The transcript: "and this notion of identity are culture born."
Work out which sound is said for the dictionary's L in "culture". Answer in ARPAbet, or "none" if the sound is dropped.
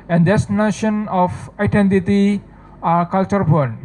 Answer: L